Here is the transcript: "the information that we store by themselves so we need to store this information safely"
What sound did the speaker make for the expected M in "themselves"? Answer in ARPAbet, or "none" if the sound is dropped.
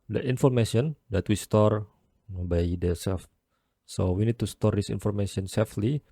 none